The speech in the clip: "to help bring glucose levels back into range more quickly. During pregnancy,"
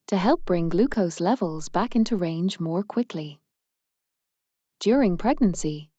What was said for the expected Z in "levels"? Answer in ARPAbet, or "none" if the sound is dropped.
Z